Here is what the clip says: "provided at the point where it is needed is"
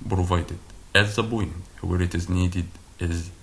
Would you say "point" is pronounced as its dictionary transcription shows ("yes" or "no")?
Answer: no